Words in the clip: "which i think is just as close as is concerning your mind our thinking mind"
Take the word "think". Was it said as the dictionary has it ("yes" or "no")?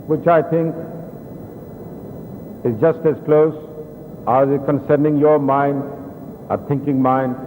no